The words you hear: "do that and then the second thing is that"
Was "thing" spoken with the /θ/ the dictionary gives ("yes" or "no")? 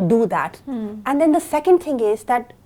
no